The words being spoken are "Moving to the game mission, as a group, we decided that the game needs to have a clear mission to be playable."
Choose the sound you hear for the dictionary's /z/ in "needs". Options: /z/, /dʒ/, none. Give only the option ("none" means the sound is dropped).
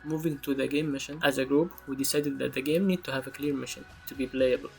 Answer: none